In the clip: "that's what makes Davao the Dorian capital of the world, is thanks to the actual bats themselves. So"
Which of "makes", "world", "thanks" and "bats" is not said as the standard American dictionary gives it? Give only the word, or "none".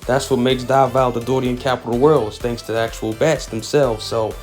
none